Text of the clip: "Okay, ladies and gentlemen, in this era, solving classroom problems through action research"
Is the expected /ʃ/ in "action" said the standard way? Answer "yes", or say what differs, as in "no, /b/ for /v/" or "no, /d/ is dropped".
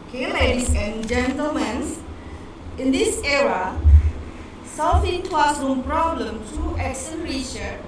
no, /s/ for /ʃ/